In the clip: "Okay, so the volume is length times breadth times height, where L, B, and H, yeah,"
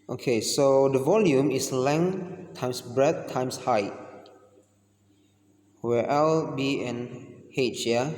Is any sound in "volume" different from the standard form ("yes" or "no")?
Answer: no